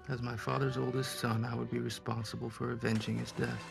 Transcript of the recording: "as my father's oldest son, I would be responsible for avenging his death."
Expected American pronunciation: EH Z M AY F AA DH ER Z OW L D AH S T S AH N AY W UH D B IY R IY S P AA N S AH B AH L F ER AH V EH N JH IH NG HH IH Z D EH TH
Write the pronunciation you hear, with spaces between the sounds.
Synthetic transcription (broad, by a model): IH Z M AY F AA DH ER Z OW L D AH S T S AH N AY W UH D B IY R IY S P AA N S AH B AH L F ER AH V EH N JH IH NG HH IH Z D EH TH